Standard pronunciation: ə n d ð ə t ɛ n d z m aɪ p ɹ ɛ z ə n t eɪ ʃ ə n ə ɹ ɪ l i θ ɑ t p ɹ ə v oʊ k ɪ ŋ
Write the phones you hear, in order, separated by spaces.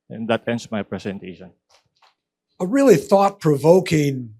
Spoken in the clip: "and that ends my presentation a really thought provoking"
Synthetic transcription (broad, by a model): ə n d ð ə t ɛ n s m aɪ p ɹ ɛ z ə n t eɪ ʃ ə n ə ɹ ɪ l i θ ɑ t p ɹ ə v oʊ k ɪ ŋ